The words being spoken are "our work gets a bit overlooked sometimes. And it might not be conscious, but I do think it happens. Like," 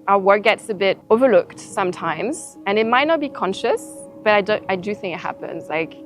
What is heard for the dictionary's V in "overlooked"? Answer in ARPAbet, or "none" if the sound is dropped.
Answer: V